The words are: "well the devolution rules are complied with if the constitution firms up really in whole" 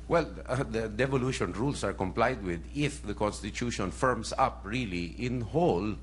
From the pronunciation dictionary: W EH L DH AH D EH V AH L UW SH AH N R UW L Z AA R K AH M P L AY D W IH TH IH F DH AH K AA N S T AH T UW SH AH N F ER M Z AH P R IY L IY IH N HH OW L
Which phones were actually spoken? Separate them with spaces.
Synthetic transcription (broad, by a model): W EH L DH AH D EH V AH L UW SH AH N R UW L S AA R K AH M P L AY D W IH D IH F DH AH K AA N S T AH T UW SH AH N F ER M S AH P R IY L IY IH N HH OW L